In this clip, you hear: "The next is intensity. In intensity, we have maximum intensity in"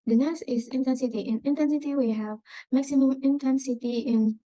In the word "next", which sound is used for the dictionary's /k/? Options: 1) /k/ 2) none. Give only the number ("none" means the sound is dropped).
2